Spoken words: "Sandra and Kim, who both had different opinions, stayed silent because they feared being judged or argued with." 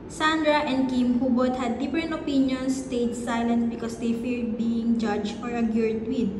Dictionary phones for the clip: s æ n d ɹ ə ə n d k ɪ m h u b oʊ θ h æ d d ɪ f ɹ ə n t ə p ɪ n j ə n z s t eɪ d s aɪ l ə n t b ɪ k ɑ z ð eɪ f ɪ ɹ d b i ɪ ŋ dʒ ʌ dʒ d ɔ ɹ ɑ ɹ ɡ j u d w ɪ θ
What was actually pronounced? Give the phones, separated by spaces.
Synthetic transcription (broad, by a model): s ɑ n d ɹ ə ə n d k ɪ m h u b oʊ t h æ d d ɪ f ɹ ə n t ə p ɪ n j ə n s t eɪ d s aɪ l ə n t b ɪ k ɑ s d eɪ f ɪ ɹ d b i ɪ ŋ dʒ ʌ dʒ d ɔ ɹ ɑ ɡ j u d w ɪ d